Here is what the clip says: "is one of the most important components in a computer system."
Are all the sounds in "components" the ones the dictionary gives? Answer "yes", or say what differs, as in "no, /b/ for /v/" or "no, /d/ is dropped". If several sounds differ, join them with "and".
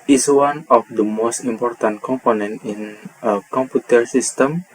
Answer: no, /s/ is dropped